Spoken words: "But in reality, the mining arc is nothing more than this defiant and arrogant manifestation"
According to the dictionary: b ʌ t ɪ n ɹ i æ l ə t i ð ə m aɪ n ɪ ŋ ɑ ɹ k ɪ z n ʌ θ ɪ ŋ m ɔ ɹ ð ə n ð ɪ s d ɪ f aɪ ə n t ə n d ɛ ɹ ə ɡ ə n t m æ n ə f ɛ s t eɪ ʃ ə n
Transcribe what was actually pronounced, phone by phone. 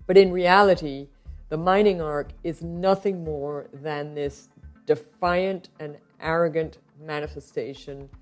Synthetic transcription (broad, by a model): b ʌ t ɪ n ɹ i æ l ə t i ð ə m aɪ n ɪ ŋ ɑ ɹ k ɪ z n ʌ θ ɪ ŋ m ɔ ɹ ð ə n ð ɪ s d ɪ f aɪ ə n t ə n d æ ɹ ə ɡ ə n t m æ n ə f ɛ s t eɪ ʃ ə n